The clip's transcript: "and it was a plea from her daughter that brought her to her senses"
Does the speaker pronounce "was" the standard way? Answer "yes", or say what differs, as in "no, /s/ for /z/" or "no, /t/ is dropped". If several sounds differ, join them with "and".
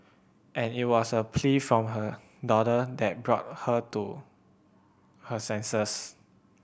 no, /s/ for /z/